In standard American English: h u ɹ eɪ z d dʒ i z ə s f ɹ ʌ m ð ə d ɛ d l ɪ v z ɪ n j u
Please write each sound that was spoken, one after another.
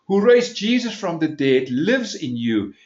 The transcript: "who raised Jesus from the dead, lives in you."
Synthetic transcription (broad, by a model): h u ɹ eɪ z dʒ i z ə s f ɹ ʌ m ð ə d ɛ d l ɪ v z ɪ n j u